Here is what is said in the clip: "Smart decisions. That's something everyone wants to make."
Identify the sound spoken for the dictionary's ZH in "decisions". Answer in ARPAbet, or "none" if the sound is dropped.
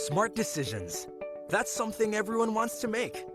ZH